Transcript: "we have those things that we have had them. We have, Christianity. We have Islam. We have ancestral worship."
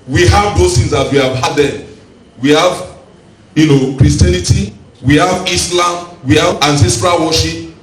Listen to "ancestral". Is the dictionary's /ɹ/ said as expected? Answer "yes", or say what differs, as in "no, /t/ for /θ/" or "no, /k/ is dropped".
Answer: yes